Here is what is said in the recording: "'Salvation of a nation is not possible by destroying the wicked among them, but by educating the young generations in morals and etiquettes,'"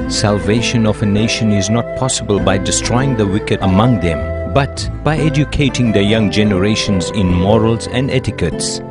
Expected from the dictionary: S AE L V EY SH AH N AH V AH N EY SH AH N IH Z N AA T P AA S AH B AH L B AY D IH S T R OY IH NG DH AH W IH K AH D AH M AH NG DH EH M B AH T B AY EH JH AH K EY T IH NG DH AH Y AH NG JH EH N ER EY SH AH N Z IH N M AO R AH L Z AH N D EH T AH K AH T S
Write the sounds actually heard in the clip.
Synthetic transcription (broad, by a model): S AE L V EY SH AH N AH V AH N EY SH AH N IH Z N AA T P AA S AH B AH L B AY D IH S T R OY IH NG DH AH W IH K AH D AH M AH NG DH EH M B AH T B AY EH JH AH K EY T IH NG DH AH Y AH NG JH EH N ER EY SH AH N Z IH N M AO R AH L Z AH N D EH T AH K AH T S